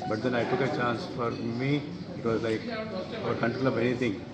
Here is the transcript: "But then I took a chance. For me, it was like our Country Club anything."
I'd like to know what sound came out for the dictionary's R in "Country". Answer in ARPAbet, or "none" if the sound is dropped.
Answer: none